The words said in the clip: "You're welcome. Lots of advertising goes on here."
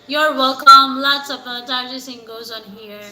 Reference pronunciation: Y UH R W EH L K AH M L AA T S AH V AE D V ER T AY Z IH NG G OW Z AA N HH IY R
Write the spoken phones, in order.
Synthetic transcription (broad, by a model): Y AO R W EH L K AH M L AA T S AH P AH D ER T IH S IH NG G OW Z AA N HH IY R